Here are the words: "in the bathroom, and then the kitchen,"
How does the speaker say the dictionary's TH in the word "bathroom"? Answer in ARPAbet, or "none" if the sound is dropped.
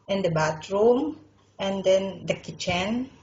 T